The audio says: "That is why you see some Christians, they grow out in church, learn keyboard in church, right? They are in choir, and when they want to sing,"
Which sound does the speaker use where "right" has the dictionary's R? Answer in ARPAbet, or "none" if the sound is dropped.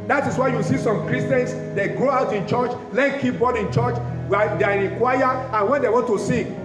W